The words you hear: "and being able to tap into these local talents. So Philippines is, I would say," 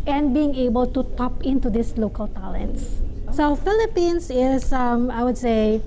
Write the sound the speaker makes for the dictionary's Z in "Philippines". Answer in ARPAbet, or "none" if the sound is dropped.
S